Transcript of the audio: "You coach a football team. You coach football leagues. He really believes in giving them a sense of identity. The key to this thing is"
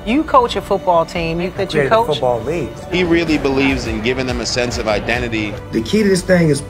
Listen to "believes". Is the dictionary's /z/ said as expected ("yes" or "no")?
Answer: yes